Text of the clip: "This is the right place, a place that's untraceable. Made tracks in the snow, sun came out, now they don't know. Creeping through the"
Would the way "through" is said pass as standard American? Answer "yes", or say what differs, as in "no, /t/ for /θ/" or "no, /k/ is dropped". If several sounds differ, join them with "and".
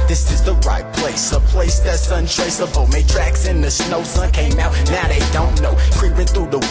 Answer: yes